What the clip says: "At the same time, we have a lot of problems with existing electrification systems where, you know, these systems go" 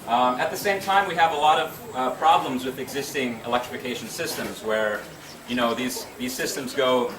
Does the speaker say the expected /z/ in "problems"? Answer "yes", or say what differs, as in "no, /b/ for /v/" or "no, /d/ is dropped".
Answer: yes